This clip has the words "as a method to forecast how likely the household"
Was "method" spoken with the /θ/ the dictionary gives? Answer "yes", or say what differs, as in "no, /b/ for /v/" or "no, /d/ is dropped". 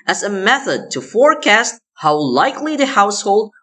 yes